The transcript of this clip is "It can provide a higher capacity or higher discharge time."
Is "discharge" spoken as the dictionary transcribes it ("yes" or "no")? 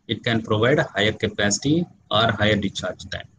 no